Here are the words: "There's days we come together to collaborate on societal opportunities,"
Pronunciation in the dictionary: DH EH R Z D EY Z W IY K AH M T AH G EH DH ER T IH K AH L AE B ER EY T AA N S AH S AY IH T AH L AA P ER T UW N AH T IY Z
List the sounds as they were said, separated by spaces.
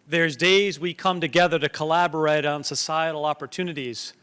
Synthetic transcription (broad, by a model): DH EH R Z D EY Z W IY K AH M T AH G EH DH ER T IH K AH L AE B ER EY T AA N S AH S AY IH T L AA P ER T UW N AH T IY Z